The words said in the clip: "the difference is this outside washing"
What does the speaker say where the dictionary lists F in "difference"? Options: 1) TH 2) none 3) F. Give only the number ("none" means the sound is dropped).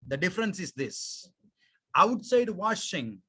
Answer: 3